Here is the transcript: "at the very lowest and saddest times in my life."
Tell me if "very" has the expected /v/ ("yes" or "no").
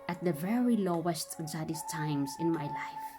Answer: yes